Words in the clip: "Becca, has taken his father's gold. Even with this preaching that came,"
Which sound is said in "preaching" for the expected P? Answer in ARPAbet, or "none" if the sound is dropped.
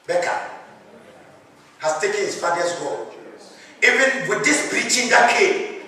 B